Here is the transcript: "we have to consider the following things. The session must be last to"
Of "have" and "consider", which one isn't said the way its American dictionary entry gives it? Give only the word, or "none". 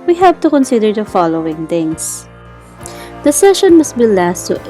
have